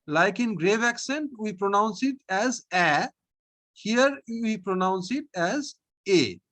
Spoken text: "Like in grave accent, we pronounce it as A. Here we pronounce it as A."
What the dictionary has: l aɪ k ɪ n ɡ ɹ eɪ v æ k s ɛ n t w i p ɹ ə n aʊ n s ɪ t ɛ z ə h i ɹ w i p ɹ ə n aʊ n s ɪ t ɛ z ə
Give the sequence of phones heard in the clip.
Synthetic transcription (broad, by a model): l aɪ k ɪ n ɡ ɹ eɪ v æ k s ɛ n t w i p ɹ ə n aʊ n s ɪ t ɛ z ə h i ɹ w i p ɹ ə n aʊ n s ɪ t ɛ z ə